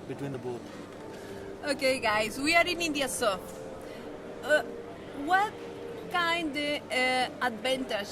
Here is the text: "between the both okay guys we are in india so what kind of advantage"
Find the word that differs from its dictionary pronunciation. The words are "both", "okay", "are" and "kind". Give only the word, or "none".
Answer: both